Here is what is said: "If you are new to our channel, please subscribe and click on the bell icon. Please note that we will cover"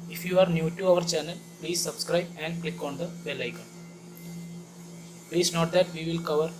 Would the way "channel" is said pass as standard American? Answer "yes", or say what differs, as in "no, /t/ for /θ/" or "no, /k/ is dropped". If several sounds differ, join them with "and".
yes